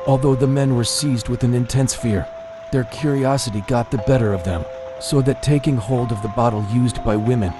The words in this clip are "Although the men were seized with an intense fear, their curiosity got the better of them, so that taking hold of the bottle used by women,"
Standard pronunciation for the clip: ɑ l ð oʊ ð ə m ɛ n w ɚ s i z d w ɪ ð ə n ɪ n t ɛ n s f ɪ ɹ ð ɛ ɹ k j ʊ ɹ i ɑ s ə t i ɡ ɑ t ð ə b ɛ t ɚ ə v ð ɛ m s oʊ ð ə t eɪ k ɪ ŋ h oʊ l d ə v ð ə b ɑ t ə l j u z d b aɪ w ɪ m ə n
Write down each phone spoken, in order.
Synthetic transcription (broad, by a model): ɑ l ð oʊ ð ə m ɛ n w ɚ s i z d w ɪ ð ə n ɪ n t ɛ n s f ɪ ɹ ð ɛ ɹ k j ʊ ɹ i ɑ s ə t i ɡ ɑ t ð ə b ɛ t ɚ ə v ð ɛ m s oʊ ð ə t eɪ k ɪ ŋ h oʊ l d ə v ð ə b ɑ t l j u z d b aɪ w ɪ m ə n